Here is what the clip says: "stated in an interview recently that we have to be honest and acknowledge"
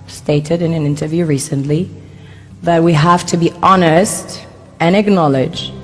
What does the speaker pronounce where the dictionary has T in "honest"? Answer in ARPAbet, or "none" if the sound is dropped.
T